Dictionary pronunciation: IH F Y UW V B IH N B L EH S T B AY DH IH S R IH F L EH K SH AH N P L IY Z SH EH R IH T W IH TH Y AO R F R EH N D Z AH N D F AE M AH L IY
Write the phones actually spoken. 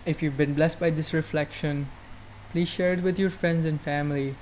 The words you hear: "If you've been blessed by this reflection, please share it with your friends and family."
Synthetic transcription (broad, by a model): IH F Y UW V B IH N B L EH S T B AY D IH S R IH F L EH K SH AH N P L IY Z SH EH R IH T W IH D Y AO R F R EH N D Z AH N D F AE M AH L IY